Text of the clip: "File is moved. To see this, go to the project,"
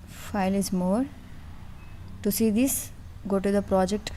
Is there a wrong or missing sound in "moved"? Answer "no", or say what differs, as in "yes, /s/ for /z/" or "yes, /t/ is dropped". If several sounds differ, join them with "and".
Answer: yes, /v/ is dropped